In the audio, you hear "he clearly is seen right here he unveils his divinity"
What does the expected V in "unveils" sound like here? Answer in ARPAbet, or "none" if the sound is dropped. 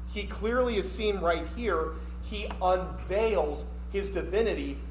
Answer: V